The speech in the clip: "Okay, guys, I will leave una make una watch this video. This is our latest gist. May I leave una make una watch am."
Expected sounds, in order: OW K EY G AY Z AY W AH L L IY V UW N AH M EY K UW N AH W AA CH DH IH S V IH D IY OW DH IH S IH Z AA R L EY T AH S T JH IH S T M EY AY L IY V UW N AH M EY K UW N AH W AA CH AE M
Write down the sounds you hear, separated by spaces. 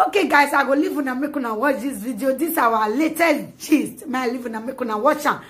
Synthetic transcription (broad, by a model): OW K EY G AY S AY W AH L L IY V UW N AH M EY K UW N AH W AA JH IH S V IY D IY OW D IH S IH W AA L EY T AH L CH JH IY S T M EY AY L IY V UW N AH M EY K UW N AH W AA CH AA